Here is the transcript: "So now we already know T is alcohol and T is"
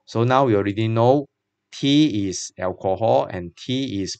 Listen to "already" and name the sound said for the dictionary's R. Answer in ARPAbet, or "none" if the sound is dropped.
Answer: R